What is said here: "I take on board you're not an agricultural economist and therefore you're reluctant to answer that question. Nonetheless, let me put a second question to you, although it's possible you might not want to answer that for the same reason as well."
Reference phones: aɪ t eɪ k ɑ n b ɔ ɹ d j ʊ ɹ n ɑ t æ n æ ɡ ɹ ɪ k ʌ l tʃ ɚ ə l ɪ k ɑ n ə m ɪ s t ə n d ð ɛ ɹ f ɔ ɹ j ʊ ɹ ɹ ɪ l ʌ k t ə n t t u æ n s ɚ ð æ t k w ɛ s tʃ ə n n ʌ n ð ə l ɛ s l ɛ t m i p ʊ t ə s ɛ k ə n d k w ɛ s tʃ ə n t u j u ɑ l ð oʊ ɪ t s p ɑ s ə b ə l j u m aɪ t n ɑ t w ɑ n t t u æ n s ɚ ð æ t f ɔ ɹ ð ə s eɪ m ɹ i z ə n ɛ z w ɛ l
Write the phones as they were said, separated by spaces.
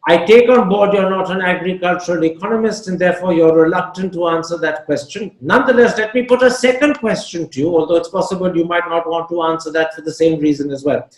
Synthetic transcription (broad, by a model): aɪ t eɪ k ɑ n b ɔ ɹ d j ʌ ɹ n ɑ t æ n æ ɡ ɹ ɪ k ʌ l tʃ ɚ ə l ɪ k ɑ n ə m ɪ s t ə n d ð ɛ ɹ f ɔ ɹ j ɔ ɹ ɹ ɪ l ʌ k t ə n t t u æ n s ɚ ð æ t k w ɛ s tʃ ə n n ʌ n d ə l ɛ s l ɛ t m i p ʊ t ə s ɛ k ə n d k w ɛ s tʃ ə n t u j u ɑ l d oʊ ɪ t s p ɑ s ə b ə l j u m aɪ t n ɑ t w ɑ n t t u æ n s ɚ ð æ t f ɔ ɹ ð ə s eɪ m ɹ i z ə n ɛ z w ɛ l